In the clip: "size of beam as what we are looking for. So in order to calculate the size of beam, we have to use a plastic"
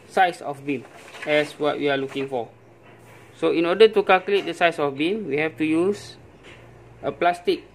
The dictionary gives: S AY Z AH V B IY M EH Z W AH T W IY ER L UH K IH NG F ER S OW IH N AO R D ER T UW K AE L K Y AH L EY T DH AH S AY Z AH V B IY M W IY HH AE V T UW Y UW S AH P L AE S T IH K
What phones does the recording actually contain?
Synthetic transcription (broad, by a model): S AY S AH F B IY M EH S W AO T W IY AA L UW K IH NG F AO S OW IH N AO D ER T UW K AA L K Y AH L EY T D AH S AY S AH F B IY M W IY HH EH F T UW Y UW S AH P L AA S T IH K